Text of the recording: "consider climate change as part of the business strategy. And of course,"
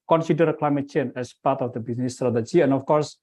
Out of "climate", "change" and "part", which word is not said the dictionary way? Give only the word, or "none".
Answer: change